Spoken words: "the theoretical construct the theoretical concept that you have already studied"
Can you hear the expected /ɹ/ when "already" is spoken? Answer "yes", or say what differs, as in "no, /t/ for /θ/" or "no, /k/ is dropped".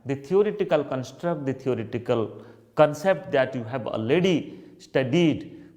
no, /ɹ/ is dropped